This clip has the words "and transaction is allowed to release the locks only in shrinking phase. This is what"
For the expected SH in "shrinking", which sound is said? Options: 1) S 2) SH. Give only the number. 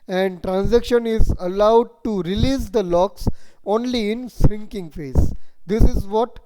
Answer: 1